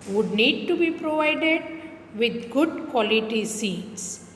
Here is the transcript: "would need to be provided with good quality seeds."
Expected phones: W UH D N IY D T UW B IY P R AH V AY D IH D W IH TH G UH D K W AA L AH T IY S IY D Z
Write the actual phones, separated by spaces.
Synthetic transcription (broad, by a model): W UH D N IY D T UW B IY P R AH V AY D IH D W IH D G UH D K W AA L AH T IY S IY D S